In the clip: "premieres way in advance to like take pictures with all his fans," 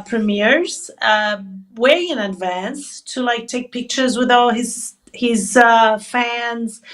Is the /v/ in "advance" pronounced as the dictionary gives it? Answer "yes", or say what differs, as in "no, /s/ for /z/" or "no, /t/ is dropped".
yes